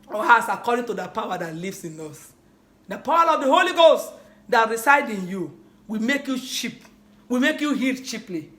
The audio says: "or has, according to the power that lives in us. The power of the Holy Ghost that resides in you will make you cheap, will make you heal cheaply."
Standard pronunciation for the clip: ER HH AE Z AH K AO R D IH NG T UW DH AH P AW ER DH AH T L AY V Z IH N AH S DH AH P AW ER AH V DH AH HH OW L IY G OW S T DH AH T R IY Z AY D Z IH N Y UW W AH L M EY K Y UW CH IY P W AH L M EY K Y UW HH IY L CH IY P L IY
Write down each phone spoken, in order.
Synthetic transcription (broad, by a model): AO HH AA S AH K AO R D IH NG T UW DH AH P AW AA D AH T L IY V S IH N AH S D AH P AW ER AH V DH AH HH OW L IY G OW S T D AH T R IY S AY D IH N Y UW W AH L M EY K Y UW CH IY P W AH M EY K Y UW HH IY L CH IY P L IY